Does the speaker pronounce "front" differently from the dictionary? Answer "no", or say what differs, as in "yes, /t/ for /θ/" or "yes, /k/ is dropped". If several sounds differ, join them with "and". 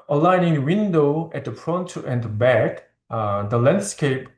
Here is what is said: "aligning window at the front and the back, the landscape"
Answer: yes, /p/ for /f/